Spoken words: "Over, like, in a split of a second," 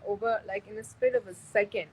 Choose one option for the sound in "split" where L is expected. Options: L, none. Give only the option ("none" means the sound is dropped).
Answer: none